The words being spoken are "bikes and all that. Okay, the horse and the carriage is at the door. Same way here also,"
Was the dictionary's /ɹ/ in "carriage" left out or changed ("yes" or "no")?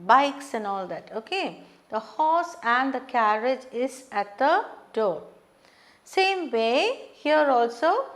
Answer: no